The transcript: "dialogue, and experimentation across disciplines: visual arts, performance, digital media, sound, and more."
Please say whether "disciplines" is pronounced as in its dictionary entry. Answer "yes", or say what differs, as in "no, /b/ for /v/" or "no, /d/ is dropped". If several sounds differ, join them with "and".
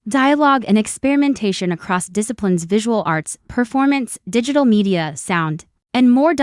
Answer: yes